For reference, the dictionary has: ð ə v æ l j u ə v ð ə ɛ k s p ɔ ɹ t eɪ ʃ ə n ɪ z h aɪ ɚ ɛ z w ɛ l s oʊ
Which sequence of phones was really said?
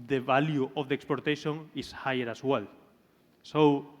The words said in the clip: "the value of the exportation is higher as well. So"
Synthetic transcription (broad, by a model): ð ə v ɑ l j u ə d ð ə k s p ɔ ɹ t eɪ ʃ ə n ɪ s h aɪ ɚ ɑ s w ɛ l s oʊ